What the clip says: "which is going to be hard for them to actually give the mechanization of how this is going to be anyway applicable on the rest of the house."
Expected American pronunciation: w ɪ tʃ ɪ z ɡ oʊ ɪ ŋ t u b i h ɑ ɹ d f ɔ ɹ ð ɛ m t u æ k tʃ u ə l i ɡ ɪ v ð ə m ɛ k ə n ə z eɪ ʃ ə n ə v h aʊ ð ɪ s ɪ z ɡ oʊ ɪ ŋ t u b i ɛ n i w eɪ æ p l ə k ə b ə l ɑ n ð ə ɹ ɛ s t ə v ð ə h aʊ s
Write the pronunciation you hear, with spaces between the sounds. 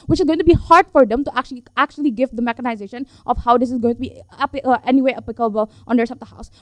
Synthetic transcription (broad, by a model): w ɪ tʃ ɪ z ɡ oʊ ɪ ŋ t u b i h ɑ ɹ d f ɔ ɹ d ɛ m t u æ k tʃ u ə l i ɡ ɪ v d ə m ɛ k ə n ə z eɪ ʃ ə n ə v h aʊ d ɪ s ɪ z ɡ oʊ ɪ ŋ t u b i ɛ n i w eɪ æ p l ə k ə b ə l ɑ n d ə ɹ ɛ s ə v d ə h aʊ s